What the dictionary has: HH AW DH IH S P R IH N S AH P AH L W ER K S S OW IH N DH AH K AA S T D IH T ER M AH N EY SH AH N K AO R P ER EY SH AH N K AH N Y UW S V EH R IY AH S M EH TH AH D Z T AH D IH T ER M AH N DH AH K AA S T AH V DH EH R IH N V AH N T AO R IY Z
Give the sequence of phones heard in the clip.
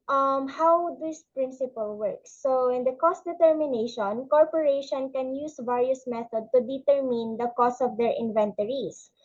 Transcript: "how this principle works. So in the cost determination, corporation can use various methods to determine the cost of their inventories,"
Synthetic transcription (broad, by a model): HH AW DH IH S P R IH N S AH P AH L W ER K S S OW IH N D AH K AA S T D IH T ER M AH N EY SH AH N K AO R P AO EY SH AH N K AH N Y UW S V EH R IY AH S M EH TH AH D T AH D IH T ER M AH N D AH K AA S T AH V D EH R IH N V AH N T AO R IY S